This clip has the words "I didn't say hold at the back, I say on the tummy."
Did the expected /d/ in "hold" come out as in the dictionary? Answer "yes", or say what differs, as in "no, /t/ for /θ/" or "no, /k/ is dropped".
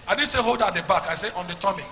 yes